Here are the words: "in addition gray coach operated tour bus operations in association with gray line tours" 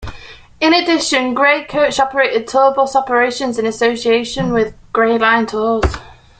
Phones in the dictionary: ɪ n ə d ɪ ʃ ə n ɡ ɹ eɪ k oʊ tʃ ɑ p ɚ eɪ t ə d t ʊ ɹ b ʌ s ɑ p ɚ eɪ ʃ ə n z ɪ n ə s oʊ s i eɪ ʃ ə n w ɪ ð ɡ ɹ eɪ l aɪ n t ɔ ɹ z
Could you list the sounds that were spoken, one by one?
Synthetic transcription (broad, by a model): ɪ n ə d ɪ ʃ ə n ɡ ɹ eɪ k oʊ tʃ ɑ p ɚ eɪ t ə d t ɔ b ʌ s ɑ p ɚ eɪ ʃ ə n z ɪ n ə s oʊ s i eɪ ʃ ə n w ɪ ð ɡ ɹ eɪ l aɪ n t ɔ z